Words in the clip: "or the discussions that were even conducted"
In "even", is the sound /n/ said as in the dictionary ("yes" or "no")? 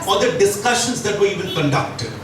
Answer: no